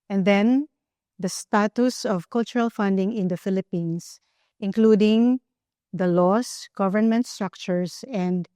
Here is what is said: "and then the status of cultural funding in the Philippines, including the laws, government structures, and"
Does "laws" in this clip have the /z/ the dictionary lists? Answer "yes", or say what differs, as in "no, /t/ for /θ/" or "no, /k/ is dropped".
no, /s/ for /z/